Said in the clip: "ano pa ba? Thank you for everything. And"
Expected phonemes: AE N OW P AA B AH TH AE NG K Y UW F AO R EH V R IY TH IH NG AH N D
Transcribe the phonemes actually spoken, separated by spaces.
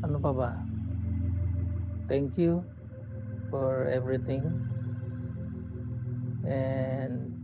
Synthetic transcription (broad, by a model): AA N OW P AA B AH T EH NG K Y UW F AO R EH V R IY T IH NG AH N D